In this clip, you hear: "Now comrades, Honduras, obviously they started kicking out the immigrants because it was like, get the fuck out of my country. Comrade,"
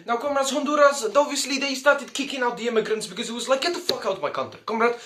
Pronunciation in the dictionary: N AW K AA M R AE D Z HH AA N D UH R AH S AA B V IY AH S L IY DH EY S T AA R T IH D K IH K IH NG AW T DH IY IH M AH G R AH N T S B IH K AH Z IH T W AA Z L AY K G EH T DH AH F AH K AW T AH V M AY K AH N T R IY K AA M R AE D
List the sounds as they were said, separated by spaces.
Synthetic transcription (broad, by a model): N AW K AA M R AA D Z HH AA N D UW R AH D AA V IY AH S L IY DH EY S T AA R T IH D K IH K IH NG AW T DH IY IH M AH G R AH N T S B IH K AH Z IH T W AA Z L AY K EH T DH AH F AH K AW T M AY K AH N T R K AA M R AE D